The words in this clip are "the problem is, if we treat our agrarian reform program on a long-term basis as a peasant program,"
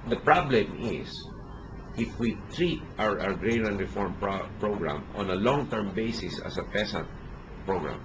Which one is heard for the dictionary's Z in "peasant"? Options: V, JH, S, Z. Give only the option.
S